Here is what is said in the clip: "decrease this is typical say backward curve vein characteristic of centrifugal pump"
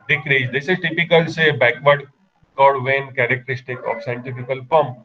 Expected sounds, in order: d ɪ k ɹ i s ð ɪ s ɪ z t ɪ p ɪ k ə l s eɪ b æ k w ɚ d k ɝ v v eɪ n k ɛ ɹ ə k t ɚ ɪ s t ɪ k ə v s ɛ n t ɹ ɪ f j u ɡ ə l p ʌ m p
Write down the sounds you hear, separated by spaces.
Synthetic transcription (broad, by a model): d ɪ k ɹ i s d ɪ s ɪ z t ɪ p ɪ k ə l s eɪ b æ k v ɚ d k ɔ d v eɪ n k ɛ ɹ ə k t ɚ ɪ s t ɪ k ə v s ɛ n t ɪ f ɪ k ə l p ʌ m